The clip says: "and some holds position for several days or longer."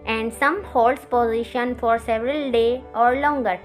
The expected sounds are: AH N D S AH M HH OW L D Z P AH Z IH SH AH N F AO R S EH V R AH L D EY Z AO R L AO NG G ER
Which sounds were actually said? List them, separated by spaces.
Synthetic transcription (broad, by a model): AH N D S AH M HH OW L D S P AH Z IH SH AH N F AO R S EH V R AH L D EY AO R L AO NG G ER